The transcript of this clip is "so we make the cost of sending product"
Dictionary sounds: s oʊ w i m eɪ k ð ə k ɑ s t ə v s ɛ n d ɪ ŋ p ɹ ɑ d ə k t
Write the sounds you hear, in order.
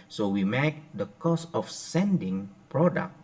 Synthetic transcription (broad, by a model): s oʊ w i m eɪ k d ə k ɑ s ə f s ɛ n d ɪ ŋ p ɹ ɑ d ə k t